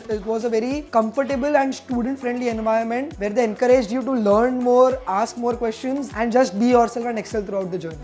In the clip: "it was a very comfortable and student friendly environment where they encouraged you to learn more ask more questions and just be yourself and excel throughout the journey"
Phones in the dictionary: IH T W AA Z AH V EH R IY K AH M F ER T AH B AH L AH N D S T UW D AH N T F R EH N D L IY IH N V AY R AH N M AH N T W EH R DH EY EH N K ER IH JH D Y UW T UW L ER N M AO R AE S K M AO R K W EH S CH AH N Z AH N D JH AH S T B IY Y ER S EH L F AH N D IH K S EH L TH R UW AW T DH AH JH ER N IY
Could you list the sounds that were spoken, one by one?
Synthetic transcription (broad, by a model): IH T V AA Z AH V EH R IY K AH M F ER T AH B AH L AH N D S T UW D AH N T F R EH N D L IY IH N V AY AH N M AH N T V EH R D EY EH N K ER IH JH D Y UW T UW L ER N M AO R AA S K M AO R K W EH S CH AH N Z AH N D JH AH S T B IY Y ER S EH L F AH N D IH K S EH L T R UW AW T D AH JH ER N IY